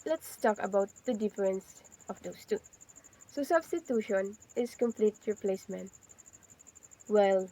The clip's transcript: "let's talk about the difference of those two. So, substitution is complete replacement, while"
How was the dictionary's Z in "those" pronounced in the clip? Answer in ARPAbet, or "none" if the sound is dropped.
S